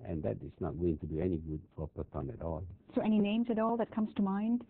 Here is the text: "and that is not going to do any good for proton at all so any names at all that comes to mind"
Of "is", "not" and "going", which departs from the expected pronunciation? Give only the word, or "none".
is